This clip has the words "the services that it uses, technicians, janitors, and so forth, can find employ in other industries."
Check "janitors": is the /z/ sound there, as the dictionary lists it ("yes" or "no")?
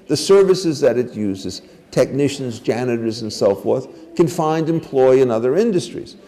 yes